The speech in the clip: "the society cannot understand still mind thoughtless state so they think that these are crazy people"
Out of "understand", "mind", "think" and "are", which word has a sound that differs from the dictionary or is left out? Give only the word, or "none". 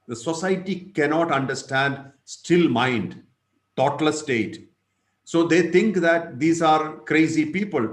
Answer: think